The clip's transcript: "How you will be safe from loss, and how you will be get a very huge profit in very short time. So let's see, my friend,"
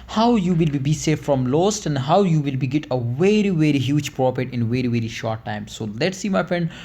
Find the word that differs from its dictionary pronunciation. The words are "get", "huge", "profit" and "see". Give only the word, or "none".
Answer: profit